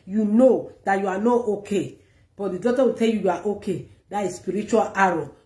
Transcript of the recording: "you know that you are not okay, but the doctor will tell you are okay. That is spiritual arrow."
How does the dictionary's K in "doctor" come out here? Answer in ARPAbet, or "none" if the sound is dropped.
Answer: none